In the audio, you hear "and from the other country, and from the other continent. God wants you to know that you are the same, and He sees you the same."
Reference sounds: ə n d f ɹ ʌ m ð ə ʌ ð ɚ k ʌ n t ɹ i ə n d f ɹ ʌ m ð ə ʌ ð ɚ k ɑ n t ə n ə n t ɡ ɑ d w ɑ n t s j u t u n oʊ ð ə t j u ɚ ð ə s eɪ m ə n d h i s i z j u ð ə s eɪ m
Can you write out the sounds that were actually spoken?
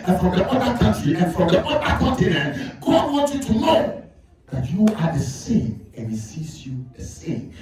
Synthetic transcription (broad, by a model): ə n f ɹ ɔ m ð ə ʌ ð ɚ k ʌ n t ɹ i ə n f ɹ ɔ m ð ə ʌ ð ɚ k ɑ n t ə n ə n t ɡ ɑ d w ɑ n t j u t u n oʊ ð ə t j u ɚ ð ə s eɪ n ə n h i s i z j u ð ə s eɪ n